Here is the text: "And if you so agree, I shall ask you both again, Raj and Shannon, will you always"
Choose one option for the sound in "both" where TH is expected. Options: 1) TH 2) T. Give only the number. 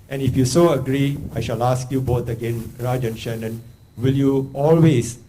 2